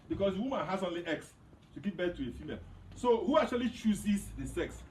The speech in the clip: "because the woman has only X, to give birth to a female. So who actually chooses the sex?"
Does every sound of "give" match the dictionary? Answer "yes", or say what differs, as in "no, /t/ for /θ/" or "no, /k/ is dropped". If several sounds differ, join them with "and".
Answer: no, /p/ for /v/